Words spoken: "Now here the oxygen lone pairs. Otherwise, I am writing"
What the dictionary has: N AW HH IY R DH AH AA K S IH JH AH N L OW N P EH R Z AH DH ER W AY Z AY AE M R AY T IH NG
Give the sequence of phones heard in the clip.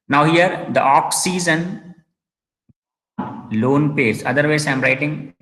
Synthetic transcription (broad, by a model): N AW HH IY R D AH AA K S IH Z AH N L OW N P EH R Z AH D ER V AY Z AY M R AY T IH NG